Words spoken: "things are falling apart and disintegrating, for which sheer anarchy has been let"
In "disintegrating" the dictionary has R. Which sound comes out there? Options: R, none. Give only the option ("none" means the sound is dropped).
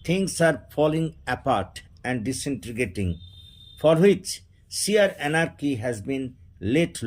none